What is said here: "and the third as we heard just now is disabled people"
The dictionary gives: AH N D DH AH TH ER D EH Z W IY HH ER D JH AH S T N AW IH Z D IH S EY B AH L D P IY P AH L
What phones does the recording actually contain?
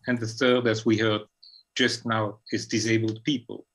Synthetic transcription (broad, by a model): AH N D DH AH TH ER D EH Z W IY HH ER D JH AH S T N AW IH Z D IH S EY B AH L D P IY P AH L